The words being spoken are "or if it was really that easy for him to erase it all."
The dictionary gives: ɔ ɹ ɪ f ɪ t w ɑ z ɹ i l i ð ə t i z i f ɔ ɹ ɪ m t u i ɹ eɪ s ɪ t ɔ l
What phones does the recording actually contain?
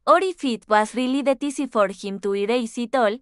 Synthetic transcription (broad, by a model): ɔ ɹ ɪ f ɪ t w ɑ s ɹ i l i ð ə t i s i f ɔ ɹ ɪ m t u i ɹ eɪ s ɪ t ɔ l